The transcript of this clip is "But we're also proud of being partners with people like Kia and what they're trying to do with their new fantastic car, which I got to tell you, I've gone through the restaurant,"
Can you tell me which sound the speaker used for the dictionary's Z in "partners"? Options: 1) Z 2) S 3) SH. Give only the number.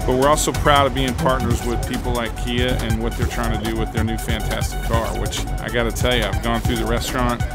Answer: 1